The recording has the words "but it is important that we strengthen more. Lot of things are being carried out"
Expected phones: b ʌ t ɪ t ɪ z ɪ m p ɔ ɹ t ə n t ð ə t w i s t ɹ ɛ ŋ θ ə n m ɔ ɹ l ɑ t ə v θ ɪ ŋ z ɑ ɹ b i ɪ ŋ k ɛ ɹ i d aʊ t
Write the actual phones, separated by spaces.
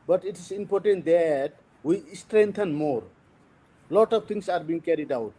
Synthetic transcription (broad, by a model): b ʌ t ɪ t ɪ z ɪ m p ɔ ɹ t ə n t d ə t w i s t ɹ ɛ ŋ t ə n m ɔ ɹ l ɑ t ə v t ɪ ŋ s ɑ ɹ b i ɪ ŋ k ɛ ɹ i d aʊ t